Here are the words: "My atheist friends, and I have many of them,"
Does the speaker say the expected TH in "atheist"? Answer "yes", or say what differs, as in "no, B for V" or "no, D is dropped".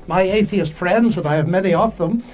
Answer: yes